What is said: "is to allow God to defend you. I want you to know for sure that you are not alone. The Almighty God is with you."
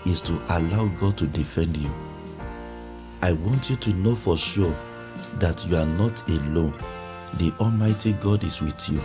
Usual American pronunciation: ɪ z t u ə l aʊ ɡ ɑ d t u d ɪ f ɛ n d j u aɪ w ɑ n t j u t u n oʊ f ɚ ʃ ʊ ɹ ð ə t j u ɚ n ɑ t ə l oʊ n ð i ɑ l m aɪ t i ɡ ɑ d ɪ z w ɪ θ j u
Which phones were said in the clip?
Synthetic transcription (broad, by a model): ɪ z t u ə l aʊ ɡ ɑ d t u d ɪ f ɛ n d j u aɪ w ɑ n t j u t u n oʊ f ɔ ʃ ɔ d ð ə t j u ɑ n ɑ t ə l oʊ n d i ɑ l m aɪ t i ɡ ɑ d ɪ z w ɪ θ j u